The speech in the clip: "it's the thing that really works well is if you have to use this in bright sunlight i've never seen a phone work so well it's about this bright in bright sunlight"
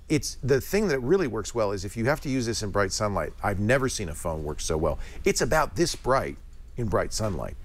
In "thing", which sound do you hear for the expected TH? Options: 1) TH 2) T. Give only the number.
1